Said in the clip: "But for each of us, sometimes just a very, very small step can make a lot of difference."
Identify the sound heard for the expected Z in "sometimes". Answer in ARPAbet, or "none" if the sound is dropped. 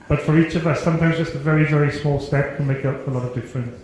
Z